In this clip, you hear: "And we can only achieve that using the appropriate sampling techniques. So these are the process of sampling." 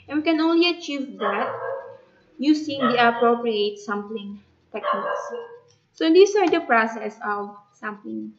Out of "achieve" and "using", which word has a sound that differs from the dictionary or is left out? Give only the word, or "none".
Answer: using